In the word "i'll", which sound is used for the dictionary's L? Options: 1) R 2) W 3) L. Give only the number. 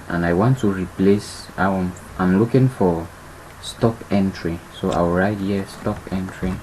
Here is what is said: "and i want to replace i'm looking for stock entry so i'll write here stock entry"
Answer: 2